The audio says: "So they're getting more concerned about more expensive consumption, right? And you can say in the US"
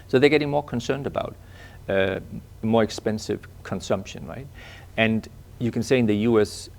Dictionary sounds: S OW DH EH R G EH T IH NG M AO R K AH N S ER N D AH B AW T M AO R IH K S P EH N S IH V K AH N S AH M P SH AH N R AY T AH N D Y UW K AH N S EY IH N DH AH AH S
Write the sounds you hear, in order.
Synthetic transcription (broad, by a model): S OW DH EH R G EH T IH NG M AO R K AH N S ER N D AH B AW T M AO R IH K S P EH N S IH V K AH N S AH M P SH AH N R AY T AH N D Y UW K AH N S EY IH N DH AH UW S